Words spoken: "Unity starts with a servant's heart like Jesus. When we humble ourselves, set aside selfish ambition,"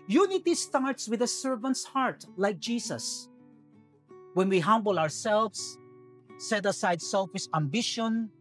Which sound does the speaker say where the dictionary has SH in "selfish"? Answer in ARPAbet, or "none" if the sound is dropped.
S